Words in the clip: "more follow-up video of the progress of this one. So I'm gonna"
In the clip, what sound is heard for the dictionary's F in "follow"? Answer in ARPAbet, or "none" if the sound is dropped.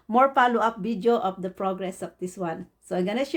P